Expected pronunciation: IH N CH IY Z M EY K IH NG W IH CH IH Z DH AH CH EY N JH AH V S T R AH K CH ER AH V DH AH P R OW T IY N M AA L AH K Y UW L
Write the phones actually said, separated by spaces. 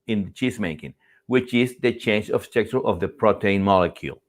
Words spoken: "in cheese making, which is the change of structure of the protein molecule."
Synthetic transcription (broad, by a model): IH N CH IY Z M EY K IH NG W IH CH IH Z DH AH CH EY N JH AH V S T EH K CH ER AH V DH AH P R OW T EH N M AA L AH K Y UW L